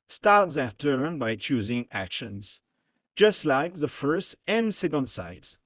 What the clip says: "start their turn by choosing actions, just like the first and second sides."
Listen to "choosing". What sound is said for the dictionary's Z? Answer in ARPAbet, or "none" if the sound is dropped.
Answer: Z